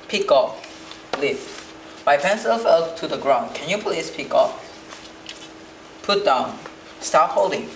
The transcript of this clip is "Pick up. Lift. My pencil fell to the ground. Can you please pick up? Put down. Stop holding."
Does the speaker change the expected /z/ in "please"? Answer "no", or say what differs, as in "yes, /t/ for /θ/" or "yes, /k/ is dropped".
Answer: yes, /s/ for /z/